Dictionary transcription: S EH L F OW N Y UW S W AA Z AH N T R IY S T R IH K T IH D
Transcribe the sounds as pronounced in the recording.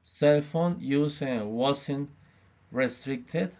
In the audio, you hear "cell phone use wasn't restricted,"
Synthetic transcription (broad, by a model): S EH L F OW N Y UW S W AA S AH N R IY S T R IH K T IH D